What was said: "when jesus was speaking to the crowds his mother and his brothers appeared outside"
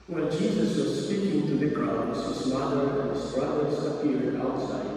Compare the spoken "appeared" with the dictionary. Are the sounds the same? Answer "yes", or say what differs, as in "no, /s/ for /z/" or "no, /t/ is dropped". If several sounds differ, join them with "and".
no, /p/ is dropped